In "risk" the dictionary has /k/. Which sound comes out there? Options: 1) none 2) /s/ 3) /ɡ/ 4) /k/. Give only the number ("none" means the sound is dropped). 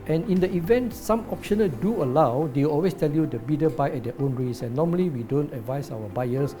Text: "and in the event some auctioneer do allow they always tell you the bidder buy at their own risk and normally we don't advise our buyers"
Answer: 1